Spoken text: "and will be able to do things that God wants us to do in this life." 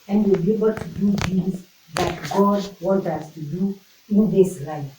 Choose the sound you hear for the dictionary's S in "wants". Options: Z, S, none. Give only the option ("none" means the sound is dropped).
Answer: none